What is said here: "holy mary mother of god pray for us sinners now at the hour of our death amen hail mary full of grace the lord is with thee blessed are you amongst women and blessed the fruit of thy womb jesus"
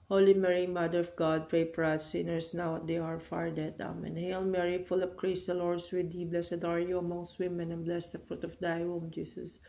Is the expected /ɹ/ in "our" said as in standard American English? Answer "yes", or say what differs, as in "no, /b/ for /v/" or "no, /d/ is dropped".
yes